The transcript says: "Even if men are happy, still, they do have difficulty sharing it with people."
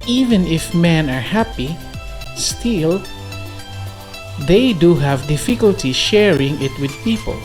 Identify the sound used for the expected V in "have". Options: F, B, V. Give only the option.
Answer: V